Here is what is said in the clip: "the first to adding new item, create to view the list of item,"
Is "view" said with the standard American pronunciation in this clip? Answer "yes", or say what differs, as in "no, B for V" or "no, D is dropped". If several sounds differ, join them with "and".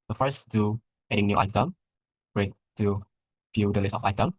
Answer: no, F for V